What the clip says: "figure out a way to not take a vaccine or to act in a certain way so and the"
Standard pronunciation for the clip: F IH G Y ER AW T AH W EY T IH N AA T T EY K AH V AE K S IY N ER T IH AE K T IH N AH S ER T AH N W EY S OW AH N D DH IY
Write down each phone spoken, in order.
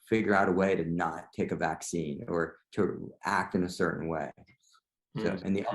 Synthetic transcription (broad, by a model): F IH G Y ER AW T AH W EY T IH N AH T T EY K AH V AE K S IY N ER T IH AE K T IH N AH S ER T N W EY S OW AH N DH IY